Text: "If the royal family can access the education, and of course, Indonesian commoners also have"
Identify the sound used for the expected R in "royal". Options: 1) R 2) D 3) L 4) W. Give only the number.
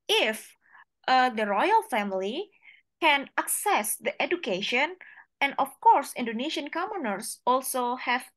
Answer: 1